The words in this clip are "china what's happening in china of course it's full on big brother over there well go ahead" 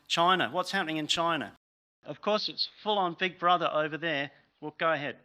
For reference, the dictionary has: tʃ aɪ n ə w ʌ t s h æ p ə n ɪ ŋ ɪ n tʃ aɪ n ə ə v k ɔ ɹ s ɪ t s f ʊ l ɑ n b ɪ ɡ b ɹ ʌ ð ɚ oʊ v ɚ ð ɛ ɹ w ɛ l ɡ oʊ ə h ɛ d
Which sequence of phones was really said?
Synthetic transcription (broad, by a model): tʃ aɪ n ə w ʌ t s h æ p ə n ɪ ŋ ɪ n tʃ aɪ n ə ə v k ɔ ɹ s ɪ t s f ʊ l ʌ n b ɪ ɡ b ɹ ʌ ð ɚ oʊ v ɚ ð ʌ ɹ w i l ɡ oʊ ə h ɛ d